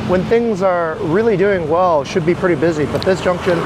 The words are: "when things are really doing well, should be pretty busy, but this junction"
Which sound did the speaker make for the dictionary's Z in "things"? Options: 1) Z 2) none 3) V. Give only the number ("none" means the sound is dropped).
1